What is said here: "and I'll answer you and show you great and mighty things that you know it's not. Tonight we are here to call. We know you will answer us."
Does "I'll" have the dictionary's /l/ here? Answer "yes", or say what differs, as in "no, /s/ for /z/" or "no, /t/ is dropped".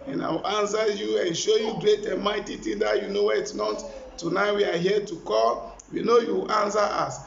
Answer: no, /w/ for /l/